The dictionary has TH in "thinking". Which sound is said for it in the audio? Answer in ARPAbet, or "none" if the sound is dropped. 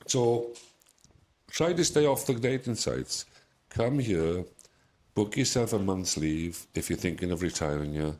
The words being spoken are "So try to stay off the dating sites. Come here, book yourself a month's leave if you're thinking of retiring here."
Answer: TH